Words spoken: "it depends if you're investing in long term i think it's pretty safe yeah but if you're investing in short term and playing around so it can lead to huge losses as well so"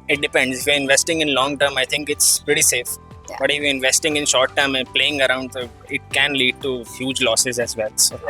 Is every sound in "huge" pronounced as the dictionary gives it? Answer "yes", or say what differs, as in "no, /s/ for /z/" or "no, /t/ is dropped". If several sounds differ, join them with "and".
yes